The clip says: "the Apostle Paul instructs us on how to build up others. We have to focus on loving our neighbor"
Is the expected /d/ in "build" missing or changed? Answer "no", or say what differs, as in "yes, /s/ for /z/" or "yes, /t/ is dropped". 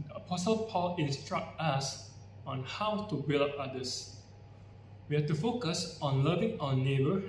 yes, /d/ is dropped